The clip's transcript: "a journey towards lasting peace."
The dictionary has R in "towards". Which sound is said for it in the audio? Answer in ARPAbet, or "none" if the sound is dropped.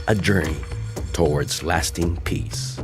R